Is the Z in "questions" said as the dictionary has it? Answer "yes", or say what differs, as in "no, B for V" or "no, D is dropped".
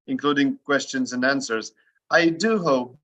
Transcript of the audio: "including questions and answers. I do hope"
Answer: yes